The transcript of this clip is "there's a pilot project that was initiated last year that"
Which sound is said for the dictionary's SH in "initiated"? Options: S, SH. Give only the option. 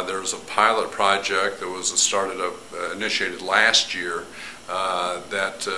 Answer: SH